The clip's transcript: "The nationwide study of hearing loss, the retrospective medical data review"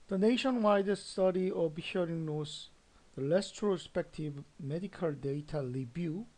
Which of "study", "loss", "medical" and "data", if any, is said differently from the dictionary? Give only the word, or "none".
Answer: loss